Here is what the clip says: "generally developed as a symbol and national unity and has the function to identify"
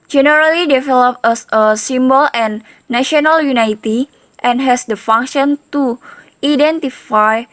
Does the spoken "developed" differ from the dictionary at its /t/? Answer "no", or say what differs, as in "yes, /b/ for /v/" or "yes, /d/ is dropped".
yes, /t/ is dropped